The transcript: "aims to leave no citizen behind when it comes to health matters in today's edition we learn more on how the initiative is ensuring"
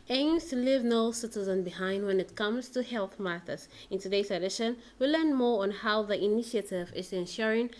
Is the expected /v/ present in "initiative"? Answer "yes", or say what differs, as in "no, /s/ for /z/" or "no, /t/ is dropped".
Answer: yes